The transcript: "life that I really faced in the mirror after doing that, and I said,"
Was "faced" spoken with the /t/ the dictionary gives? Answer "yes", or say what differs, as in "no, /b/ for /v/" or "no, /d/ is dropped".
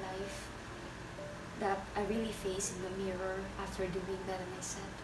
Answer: no, /t/ is dropped